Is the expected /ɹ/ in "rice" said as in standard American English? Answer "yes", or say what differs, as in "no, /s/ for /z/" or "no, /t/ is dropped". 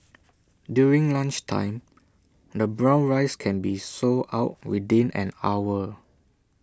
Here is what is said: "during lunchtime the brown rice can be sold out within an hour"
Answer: yes